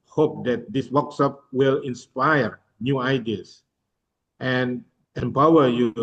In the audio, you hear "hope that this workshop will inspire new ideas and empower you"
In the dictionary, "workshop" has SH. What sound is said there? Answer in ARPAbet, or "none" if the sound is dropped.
S